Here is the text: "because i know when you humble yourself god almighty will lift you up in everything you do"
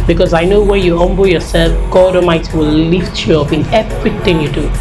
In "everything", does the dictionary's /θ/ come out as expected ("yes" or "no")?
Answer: no